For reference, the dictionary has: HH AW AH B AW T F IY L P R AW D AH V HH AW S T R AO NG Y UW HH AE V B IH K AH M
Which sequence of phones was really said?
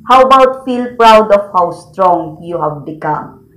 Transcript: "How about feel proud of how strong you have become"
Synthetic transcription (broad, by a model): HH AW AH B AW T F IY L P R AW D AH F HH AW S T R AO NG Y UW HH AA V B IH K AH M